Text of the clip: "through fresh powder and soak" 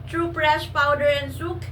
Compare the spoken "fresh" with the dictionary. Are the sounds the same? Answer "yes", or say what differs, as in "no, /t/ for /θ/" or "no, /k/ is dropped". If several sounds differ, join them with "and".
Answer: no, /p/ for /f/